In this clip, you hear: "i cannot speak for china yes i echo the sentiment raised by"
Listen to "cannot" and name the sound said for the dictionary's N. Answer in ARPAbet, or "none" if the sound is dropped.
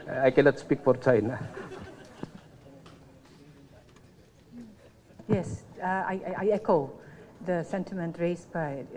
L